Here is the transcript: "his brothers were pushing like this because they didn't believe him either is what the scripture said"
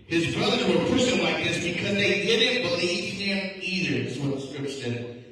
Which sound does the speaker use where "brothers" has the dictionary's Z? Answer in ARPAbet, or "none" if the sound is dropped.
Z